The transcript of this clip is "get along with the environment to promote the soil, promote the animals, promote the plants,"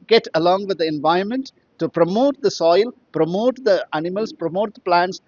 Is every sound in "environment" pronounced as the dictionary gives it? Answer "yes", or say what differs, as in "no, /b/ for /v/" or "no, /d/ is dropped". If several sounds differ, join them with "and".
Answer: yes